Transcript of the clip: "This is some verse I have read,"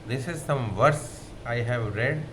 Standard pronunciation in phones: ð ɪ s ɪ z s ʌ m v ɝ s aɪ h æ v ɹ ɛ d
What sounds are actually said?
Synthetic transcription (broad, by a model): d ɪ s ɪ z s ʌ m v ɝ s aɪ h æ v ɹ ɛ d